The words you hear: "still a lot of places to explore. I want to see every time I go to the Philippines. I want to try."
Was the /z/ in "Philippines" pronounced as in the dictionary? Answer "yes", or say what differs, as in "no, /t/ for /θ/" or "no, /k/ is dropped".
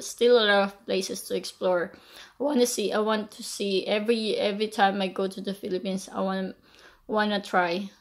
no, /s/ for /z/